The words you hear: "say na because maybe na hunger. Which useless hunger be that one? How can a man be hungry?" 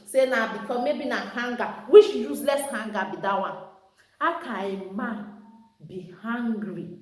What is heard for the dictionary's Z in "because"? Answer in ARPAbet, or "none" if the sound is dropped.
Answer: none